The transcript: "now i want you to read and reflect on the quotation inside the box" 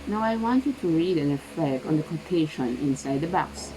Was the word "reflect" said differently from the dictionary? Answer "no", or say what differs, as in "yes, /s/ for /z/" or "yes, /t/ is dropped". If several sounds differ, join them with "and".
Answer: yes, /l/ is dropped